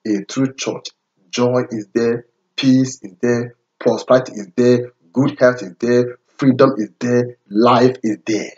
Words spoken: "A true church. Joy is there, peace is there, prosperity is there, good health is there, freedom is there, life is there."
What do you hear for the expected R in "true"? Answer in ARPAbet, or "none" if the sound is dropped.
R